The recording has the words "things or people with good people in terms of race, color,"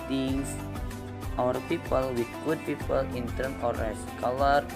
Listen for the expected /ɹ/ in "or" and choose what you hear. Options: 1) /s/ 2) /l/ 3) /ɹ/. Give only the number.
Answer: 3